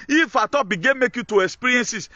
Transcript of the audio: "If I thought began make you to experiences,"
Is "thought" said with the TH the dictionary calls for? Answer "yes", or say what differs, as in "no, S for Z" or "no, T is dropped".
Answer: no, T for TH